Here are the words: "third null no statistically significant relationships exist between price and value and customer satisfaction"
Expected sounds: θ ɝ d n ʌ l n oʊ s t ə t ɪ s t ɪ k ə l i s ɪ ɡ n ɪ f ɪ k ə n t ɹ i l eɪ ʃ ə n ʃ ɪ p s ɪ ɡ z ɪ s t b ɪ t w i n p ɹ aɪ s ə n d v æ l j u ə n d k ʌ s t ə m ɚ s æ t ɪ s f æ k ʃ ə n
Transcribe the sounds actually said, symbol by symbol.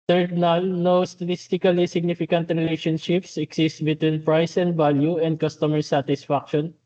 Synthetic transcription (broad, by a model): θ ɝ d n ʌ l n oʊ s t ə t ɪ s t ɪ k ə l i s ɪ ɡ n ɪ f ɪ k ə n t ɹ i l eɪ ʃ ə n ʃ ɪ p s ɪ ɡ s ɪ s t b ɪ t w i n p ɹ aɪ s ə n d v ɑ l j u ə n d k ʌ s t ə m ɚ s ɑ t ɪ s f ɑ k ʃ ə n